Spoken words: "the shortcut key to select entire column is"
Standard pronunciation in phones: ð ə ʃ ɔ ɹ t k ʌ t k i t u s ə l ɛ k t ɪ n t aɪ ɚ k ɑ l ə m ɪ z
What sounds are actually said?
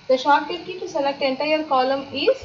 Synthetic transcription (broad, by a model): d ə ʃ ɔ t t ʌ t k i t u s ə l ɛ k t ɪ n t aɪ ɚ k ɑ l ə m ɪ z